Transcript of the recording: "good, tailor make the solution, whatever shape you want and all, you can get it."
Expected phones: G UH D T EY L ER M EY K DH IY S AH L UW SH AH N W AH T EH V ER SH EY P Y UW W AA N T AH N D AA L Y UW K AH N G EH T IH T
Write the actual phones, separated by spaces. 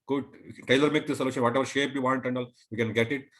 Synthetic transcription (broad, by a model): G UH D T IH L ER M EY K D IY S AH L UW SH AH N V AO T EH V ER SH EY P Y UW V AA N T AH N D AA L Y UW K AH N G EH T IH T